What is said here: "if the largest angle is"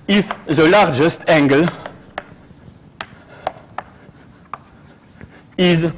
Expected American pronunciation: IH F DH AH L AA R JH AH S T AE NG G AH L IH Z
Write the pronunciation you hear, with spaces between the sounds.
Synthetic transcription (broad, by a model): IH F DH AH L AA R JH AH S T AE NG G AH L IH Z